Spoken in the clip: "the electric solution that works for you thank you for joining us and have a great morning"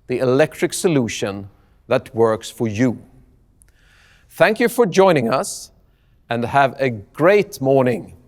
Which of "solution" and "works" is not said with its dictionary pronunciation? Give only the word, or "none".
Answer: none